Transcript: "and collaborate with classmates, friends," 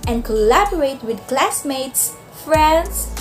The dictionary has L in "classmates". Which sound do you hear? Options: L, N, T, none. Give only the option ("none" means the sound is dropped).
L